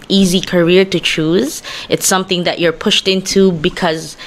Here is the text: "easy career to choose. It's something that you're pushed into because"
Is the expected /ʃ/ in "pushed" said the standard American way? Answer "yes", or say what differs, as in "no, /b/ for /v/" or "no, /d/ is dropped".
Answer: yes